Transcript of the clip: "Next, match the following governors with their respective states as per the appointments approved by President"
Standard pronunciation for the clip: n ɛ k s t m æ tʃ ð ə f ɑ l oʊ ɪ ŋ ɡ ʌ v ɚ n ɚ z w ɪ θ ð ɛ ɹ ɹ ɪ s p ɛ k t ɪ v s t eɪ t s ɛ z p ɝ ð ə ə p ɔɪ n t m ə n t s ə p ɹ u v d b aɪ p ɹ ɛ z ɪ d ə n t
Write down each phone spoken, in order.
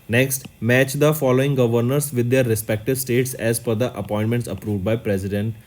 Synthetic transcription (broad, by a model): n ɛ k s t m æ tʃ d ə f ɑ l oʊ ɪ ŋ ɡ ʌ v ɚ n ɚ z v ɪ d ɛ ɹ ɹ ɪ s p ɛ k t ɪ v s t eɪ t s ɛ z f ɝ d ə ə p ɔɪ n t m ə n t s ə p ɹ u v d b aɪ p ɹ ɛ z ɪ d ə n t